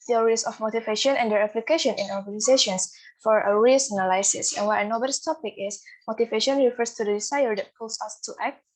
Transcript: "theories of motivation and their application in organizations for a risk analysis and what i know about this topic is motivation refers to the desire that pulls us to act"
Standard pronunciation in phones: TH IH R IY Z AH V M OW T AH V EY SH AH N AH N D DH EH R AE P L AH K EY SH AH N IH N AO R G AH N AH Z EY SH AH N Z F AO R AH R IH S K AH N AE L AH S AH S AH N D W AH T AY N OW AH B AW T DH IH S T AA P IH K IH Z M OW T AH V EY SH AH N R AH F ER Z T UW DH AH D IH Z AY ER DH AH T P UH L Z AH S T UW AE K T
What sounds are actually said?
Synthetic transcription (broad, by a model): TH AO R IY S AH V M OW T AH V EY SH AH N AH N D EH R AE P L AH K EY SH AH N IH N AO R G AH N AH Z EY SH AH N S F AO R AH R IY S AH N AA L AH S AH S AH N W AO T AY N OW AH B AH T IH S T AA P IH K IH S M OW T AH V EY SH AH N R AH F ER S T UW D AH D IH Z AY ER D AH T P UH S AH S T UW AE K T